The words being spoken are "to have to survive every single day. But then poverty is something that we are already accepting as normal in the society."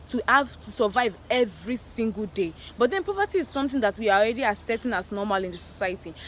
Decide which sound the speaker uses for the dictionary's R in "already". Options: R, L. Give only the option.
R